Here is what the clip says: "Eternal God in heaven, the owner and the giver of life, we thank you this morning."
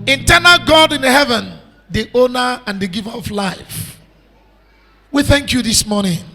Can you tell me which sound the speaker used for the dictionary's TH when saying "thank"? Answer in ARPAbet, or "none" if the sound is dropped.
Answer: TH